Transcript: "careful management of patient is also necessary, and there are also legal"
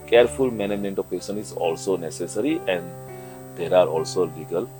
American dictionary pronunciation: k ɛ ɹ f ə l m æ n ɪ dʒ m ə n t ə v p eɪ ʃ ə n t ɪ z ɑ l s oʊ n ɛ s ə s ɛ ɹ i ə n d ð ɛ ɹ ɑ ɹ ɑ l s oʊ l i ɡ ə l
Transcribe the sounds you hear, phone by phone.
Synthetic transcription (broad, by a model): k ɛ ɹ f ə l m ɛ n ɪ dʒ m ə n t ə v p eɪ s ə n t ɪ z ɑ l s oʊ n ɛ s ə s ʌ ɹ i ə n d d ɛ ɹ ɑ ɹ ɑ l s oʊ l i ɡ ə l